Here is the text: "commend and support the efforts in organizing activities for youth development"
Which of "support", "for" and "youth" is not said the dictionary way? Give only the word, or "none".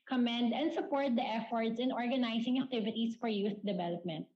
youth